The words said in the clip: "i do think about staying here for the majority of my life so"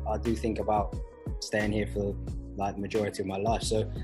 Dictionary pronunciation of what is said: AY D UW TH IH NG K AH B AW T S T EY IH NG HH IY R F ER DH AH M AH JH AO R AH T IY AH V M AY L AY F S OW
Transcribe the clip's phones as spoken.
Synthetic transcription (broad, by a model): AY D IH TH IH NG K AH B AW T S T EY IH NG HH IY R F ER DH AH M AH JH AO R AH T IY AH V M AY L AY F S OW